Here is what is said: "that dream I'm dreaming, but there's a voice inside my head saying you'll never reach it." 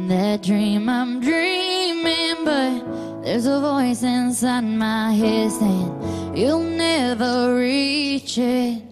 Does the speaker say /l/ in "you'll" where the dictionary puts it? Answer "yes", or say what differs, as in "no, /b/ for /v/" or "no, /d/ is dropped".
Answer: yes